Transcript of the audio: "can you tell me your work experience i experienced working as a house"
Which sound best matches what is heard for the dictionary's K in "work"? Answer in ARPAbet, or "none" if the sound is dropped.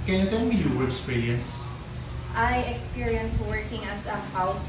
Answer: none